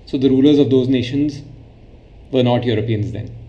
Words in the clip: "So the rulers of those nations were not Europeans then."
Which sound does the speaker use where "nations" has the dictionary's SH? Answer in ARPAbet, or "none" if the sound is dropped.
SH